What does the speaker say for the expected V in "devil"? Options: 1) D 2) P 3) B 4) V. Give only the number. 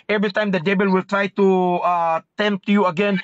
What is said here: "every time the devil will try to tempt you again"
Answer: 3